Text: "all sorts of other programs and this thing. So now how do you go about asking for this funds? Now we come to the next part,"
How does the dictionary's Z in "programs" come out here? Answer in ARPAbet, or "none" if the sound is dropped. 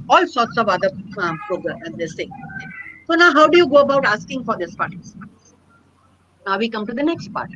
none